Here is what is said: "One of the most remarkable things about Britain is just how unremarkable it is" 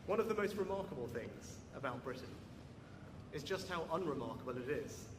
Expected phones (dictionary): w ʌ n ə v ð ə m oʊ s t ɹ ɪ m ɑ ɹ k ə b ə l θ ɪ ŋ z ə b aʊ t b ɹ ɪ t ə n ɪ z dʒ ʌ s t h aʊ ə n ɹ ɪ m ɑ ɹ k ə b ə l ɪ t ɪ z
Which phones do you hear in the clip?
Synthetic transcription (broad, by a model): w ʌ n ə v ð ə m oʊ s t ɹ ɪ m ɑ k ə b ə l θ ɪ ŋ z ə b aʊ t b ɹ ɪ t n ɪ z dʒ ʌ s t h aʊ ə n ɹ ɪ m ɑ k ə b ə l ɪ t ɪ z